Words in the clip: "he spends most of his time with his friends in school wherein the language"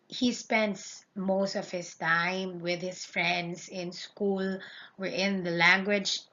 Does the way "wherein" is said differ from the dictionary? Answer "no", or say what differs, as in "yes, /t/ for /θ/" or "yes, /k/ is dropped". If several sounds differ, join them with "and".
yes, /ɹ/ is dropped